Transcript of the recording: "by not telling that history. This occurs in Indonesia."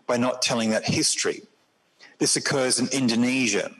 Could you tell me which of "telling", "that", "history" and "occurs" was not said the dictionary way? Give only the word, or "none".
none